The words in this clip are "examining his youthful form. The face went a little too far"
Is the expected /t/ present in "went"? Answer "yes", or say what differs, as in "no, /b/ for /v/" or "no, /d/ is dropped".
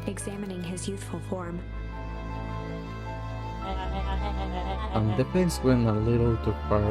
no, /t/ is dropped